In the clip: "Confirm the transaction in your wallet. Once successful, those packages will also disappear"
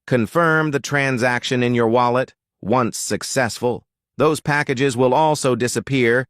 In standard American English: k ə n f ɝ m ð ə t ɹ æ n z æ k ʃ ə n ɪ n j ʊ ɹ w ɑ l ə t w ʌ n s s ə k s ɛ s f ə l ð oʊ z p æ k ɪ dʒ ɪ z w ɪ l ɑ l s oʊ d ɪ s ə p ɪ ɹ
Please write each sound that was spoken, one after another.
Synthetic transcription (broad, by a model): k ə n f ɝ m ð ə t ɹ æ n z æ k ʃ ə n ɪ n j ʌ ɹ w ɑ l ə t w ʌ n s s ə k s ɛ s f ə l ð oʊ z p æ k ɪ dʒ ɪ z w ɪ l ɑ l s oʊ d ɪ s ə p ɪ ɹ